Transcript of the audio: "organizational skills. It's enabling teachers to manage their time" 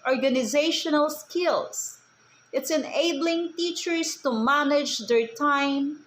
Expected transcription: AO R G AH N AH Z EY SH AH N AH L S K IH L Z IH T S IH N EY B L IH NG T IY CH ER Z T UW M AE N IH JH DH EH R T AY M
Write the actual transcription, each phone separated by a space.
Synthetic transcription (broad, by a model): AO R G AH N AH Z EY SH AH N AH L S K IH L S IH T S IH N EY B L IH NG T IY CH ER S T UW M AE N IH JH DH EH R T AY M